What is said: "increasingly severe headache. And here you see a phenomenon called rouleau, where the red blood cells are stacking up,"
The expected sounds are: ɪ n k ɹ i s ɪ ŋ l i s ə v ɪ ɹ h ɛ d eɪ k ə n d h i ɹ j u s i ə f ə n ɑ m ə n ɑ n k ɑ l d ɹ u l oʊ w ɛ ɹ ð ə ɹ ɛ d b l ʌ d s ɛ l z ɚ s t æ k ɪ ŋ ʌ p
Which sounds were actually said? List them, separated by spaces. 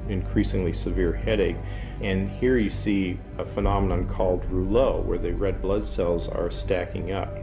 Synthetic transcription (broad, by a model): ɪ n k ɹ i s ɪ ŋ l i s ə v ɪ ɹ h ɛ d eɪ k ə n h i ɹ j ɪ s i ə f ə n ɑ m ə n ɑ n k ɑ l d ɹ u l oʊ w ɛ ɹ ð ə ɹ ɛ d b l ʌ d s ɛ l z ɚ s t æ k ɪ ŋ ʌ p